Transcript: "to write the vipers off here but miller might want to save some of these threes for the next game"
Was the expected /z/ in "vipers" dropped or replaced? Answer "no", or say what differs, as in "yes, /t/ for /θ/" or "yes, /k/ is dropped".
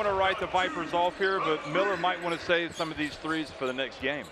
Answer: no